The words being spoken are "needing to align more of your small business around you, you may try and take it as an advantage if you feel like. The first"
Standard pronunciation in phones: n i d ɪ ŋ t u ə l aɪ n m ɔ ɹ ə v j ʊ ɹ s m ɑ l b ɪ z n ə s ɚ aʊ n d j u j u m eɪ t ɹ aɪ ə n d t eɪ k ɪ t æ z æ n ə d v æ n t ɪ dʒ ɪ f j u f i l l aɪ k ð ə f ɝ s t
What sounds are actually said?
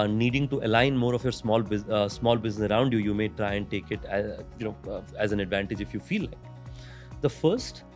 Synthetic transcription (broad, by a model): n i d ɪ ŋ t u ə l aɪ n m ɔ ɹ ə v j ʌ ɹ s m ɑ l b ɪ z n ə s ɚ aʊ n d j u j u m eɪ t ɹ aɪ ə n d t eɪ k ɪ t æ z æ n ə d v æ n t ɪ dʒ ɪ f j u f i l l aɪ k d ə f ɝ s t